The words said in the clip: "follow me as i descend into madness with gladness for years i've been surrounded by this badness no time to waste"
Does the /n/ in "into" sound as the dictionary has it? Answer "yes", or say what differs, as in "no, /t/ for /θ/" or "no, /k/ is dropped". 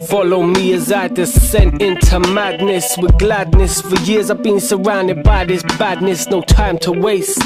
yes